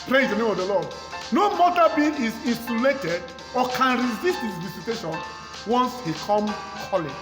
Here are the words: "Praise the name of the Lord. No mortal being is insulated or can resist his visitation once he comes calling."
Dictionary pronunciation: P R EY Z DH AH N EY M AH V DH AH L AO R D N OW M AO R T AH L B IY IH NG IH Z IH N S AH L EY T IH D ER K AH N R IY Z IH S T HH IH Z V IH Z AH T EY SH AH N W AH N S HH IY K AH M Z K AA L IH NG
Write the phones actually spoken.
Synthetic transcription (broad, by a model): P R EY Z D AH N EY M AH V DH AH L AO D N OW M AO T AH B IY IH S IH N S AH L EY T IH D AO K AH N R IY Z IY S T HH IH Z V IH S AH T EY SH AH N W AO N S HH IY K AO M K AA L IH